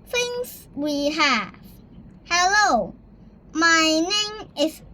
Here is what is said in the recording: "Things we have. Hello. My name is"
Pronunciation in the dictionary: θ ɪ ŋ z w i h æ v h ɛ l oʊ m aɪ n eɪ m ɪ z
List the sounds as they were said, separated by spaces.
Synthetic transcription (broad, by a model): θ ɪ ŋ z w i h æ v h ɛ l oʊ m aɪ n eɪ m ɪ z